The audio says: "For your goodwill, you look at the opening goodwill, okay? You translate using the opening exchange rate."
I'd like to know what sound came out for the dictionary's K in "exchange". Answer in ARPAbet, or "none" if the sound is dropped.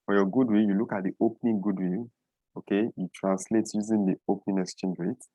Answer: none